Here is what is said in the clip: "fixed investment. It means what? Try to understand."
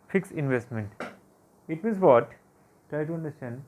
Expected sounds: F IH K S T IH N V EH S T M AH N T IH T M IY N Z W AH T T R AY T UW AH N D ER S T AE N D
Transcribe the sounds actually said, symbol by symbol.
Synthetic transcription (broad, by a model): F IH K S IH N V EH S T M AH N T IH T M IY N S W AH T T R AY T UW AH N D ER S T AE N D